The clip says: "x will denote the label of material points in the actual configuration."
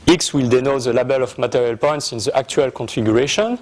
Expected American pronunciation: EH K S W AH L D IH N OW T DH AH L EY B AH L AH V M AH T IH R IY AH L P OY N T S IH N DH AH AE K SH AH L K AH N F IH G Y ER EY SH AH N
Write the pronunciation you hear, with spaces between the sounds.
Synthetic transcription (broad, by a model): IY K S W AH L D IH N OW T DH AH L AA B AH L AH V M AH T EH R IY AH L P OY N T S IH N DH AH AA K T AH L K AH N F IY G Y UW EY SH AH N